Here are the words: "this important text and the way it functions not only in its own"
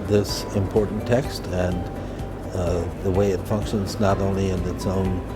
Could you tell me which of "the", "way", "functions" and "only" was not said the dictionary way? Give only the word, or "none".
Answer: none